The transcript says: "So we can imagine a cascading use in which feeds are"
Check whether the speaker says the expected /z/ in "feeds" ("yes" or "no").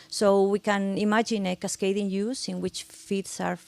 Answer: no